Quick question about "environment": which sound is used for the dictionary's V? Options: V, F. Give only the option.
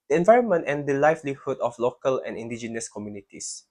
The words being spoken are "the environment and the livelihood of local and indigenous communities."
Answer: V